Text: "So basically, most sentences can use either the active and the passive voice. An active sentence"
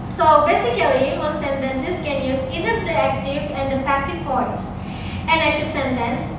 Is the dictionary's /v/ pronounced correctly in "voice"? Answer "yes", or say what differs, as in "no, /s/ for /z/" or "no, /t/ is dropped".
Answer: no, /p/ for /v/